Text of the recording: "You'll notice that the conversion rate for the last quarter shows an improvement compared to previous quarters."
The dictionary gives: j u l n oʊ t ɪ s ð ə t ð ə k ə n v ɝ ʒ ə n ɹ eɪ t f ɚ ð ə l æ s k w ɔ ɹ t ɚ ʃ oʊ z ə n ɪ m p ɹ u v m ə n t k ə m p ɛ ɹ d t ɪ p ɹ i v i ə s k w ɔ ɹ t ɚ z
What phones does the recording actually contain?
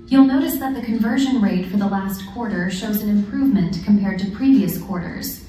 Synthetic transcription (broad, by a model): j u l n oʊ t ɪ s ð ə t ð ə k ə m v ɝ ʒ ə n ɹ eɪ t f ɚ ð ə l æ s k w ɔ ɹ t ɚ ʃ oʊ z ə n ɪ m p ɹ u v m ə n k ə m p ɛ ɹ d t ɪ p ɹ i v i ə s k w ɔ ɹ t ɚ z